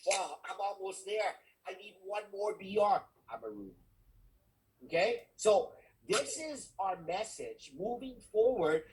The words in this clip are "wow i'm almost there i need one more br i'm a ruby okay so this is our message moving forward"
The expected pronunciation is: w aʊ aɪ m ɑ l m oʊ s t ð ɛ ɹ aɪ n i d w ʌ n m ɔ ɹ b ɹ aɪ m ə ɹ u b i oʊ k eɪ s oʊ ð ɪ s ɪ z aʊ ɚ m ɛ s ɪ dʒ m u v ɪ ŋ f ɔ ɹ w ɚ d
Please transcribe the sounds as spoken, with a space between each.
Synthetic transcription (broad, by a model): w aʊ aɪ m ɑ l m oʊ s t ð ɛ ɹ aɪ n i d w ʌ n m ɔ ɹ b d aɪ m ə ɹ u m oʊ k eɪ s oʊ ð ɪ s ɪ z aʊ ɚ m ɛ s ɪ dʒ m u v ɪ ŋ f ɔ ɹ w ɚ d